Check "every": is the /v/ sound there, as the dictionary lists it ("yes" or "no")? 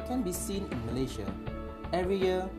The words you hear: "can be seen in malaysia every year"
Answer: yes